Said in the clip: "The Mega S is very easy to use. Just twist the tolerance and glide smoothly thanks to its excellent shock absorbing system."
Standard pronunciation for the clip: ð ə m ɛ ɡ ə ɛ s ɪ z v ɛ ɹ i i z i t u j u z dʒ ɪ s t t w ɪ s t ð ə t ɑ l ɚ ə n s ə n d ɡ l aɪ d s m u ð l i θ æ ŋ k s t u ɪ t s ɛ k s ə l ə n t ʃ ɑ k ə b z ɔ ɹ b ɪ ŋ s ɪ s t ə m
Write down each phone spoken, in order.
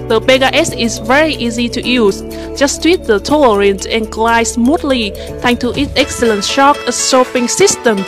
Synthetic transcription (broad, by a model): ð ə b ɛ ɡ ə ɛ s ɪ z v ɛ ɹ i i z i t u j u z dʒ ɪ s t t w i t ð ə t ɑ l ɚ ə n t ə n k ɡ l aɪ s m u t l i t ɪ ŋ t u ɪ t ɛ k s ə l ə n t ʃ ɑ k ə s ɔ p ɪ ŋ s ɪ s t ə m